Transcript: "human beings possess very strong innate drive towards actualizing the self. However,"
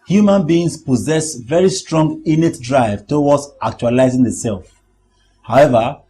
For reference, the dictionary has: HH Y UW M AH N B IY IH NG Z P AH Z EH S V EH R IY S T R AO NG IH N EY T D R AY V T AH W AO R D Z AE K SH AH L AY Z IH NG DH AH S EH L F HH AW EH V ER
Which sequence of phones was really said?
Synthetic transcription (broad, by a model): HH Y UW M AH N B IY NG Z P AH Z EH S V EH R IY S T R AO NG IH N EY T D R AY V T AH W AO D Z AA K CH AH L AY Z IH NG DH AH S EH L F HH AW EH V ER